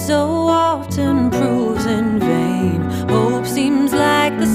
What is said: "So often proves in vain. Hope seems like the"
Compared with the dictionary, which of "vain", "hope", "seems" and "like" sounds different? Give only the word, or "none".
none